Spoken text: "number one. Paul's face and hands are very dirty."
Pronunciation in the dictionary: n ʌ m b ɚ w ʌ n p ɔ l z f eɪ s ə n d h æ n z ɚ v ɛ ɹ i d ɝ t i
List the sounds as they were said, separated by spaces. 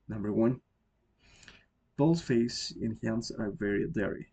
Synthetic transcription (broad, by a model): n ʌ m b ɚ w ʌ n b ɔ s f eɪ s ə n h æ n s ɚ v ɛ ɹ i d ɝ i